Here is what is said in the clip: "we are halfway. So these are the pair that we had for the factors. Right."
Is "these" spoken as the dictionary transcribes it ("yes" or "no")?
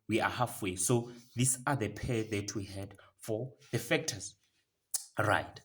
no